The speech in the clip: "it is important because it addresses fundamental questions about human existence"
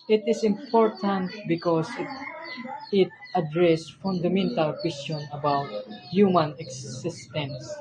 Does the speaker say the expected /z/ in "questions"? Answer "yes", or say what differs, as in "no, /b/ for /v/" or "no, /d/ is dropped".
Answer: no, /z/ is dropped